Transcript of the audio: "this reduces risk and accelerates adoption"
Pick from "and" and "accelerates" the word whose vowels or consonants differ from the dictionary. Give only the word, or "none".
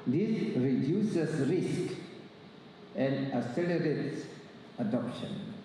accelerates